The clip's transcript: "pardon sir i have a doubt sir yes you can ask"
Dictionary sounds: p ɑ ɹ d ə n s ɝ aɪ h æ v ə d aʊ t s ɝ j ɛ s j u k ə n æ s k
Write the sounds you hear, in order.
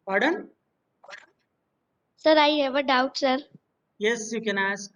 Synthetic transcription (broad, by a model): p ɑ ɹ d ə n s ɝ aɪ h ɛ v ə d aʊ t s ɝ j ɛ s j u k ə n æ s k